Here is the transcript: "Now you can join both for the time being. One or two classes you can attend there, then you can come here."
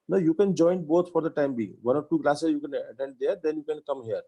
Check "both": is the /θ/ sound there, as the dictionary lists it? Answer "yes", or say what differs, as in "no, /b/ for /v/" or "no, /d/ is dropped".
no, /t/ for /θ/